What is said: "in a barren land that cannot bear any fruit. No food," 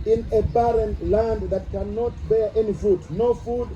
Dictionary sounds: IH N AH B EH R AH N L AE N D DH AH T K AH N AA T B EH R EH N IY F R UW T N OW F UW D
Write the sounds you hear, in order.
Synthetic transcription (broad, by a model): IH N AH B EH R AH N L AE N D DH AH T K AH N AA T B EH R EH N IY F UW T N OW F UW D